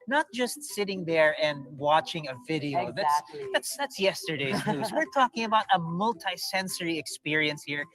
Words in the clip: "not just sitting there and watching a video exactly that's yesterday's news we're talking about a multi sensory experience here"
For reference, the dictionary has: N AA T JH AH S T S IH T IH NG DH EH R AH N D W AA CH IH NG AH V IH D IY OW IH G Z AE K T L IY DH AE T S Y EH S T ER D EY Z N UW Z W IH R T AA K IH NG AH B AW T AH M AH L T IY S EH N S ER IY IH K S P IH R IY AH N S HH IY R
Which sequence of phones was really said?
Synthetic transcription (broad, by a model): N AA T JH AH S T S IH T IH NG DH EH R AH N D W AA CH IH NG AH V IH D IY OW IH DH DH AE T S DH AE T S Y EH S T ER D EY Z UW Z W IH R T AA K IH NG AH B AW T AH M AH L T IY S EH N S ER IY IH K S P IH R IY AH N S HH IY R